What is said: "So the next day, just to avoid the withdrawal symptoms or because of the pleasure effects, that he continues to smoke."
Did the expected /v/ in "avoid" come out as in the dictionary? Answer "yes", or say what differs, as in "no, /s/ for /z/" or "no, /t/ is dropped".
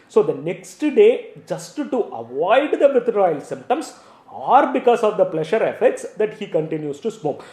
yes